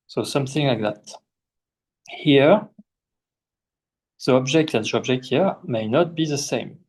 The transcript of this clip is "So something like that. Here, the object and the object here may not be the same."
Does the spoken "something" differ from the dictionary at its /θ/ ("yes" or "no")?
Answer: no